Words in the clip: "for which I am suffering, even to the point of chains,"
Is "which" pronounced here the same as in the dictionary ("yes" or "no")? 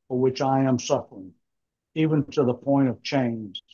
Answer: yes